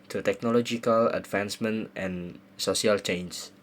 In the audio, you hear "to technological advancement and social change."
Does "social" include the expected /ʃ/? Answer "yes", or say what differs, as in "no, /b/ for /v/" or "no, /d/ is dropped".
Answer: no, /ʃ/ is dropped